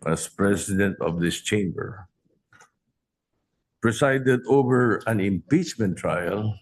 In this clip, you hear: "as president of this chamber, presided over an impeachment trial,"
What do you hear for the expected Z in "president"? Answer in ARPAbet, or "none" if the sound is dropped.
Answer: S